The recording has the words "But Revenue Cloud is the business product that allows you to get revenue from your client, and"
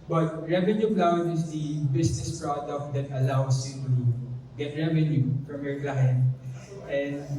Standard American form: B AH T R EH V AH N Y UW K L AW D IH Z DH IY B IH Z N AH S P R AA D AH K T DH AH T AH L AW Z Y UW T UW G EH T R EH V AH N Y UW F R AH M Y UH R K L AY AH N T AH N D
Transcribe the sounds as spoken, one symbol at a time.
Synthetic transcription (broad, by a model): B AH T R EH V AH N Y UW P L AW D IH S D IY B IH S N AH S P R AA D AH K T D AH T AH L AW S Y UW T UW G EH T R EH V AH N Y UW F R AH M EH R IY L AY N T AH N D